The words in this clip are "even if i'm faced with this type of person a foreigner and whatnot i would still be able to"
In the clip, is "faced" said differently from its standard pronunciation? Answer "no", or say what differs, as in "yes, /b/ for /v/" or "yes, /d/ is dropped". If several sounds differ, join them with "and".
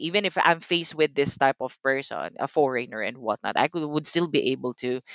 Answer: no